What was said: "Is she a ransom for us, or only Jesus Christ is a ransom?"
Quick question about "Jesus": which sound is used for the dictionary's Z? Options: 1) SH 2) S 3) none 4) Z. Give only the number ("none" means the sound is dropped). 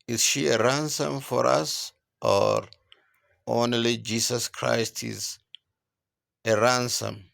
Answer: 2